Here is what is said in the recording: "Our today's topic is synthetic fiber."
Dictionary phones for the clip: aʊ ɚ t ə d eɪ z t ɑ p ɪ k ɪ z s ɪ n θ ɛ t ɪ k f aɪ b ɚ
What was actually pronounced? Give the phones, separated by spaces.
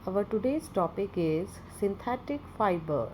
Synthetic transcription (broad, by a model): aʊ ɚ t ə d eɪ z t ɑ p ɪ k ɪ z s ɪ n t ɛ t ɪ k f aɪ b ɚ